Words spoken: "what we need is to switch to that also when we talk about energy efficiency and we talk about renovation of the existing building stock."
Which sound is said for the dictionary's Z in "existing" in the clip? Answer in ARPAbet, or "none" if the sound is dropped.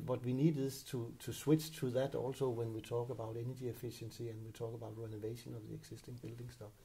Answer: S